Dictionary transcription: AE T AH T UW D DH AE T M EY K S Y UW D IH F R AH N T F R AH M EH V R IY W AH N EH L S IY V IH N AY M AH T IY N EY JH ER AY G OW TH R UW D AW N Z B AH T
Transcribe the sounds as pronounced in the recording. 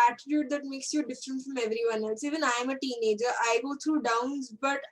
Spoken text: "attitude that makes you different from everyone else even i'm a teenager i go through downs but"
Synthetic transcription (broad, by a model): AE T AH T UW D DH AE T M EY K S Y UW D IH F R AH N T F R AH M EH V R IY W AH N EH L S IY V IH N AY M AH T IY N EY JH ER AY G OW T R UW D AW N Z B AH T